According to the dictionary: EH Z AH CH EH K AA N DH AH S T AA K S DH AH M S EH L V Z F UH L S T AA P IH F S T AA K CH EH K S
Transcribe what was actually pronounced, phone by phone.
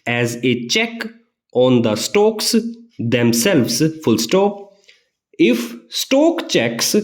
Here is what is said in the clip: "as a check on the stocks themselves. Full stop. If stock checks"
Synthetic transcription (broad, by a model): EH Z AH CH EH K AA N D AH S T AA K S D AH M S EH L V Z F UH L S T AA IH F S T AA K CH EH K S